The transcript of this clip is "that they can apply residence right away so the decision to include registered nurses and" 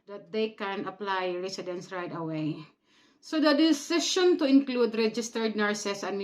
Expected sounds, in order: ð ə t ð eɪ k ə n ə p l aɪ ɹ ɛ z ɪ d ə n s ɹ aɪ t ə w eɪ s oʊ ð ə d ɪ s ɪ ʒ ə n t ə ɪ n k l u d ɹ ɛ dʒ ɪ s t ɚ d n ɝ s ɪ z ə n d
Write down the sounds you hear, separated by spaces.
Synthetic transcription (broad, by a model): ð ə t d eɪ k ə n ə p l aɪ ɹ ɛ s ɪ d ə n s ɹ aɪ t ə w eɪ s oʊ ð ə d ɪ s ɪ ʃ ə n t ə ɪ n k l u d ɹ ɛ dʒ ɪ s t ɚ d n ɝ s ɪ s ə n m